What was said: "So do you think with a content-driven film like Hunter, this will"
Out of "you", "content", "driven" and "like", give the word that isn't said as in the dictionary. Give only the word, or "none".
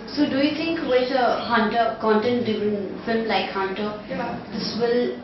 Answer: driven